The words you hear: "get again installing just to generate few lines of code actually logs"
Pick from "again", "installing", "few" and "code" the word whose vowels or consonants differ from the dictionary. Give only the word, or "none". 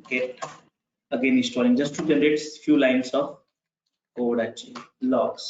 installing